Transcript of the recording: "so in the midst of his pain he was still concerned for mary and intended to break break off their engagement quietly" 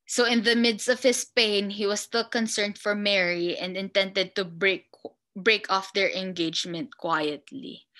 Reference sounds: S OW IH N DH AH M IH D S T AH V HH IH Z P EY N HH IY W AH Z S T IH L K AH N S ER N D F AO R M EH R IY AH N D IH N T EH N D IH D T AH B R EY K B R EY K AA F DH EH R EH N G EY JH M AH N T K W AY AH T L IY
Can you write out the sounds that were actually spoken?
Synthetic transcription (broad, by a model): S OW IH N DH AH M IH D S T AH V HH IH S P EY N HH IY W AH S S T IH L K AH N S ER N D F AO R M EH R IY AH N D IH N T EH N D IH D T AH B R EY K B R EY K AA F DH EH R EH N G EY JH M AH N T K W AY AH T L IY